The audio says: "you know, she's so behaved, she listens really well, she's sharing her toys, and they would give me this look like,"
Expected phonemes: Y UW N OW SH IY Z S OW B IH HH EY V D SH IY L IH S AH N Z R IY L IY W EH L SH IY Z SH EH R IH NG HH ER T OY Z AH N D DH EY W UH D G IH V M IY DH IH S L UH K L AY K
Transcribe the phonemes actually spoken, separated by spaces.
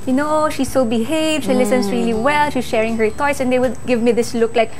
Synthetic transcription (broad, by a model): Y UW N OW SH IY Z S OW B IH HH EY V D SH IY L IH S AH N S R IY L IY W EH L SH IY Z SH EH R IH NG HH ER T OY S AH N D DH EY W UH D G IH V M IY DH IH S L UH K L AY K